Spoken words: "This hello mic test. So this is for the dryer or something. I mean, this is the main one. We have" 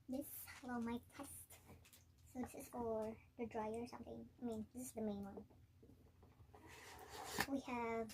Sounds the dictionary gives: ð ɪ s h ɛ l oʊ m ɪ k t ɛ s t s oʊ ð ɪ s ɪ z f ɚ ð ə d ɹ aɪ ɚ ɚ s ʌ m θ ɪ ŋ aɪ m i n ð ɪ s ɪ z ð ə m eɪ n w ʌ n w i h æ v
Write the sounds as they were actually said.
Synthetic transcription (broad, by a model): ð ɪ s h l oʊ m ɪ t ɛ s t s oʊ ð ɪ s ɪ z f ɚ ð ə d ɹ aɪ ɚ ɚ s ʌ m θ ɪ ŋ aɪ m i n ð ɪ s ɪ z ð ə m eɪ n w ʌ n w i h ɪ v